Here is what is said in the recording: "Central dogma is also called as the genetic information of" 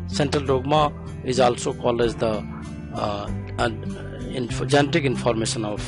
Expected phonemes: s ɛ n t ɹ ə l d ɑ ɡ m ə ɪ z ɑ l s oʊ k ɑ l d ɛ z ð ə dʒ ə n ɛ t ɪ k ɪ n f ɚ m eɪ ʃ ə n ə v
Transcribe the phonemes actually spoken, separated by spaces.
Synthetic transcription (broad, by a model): s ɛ n t ɹ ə l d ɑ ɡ m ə ɪ z ɑ l s oʊ k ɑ l ɛ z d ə dʒ ə n ɛ t ɪ k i n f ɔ m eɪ s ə n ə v